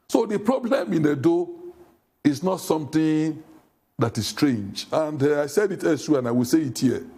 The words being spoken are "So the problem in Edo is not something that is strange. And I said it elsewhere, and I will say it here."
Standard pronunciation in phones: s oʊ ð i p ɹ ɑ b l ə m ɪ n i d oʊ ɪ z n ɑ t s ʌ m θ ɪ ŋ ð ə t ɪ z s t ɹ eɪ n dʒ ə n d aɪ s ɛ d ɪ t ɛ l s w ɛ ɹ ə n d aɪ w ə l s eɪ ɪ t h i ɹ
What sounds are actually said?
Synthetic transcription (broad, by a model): s oʊ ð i p ɹ ɑ b l ə m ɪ n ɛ d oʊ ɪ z n ɑ t s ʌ m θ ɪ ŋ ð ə t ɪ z s t ɹ eɪ n dʒ ə n d aɪ s ɛ d ɪ t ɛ s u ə n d aɪ w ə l s eɪ ɪ t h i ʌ